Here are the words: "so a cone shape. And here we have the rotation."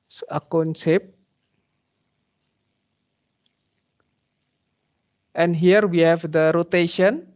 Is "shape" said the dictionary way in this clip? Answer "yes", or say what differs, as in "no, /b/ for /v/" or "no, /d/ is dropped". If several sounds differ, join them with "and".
no, /s/ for /ʃ/